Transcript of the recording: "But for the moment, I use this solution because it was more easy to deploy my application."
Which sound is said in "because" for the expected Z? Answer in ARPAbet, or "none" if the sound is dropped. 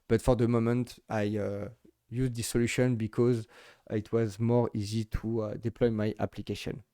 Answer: Z